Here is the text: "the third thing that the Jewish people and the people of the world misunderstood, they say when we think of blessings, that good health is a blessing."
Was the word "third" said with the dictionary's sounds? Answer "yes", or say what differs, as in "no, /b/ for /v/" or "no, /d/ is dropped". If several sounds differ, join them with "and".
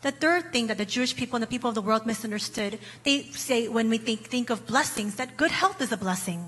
yes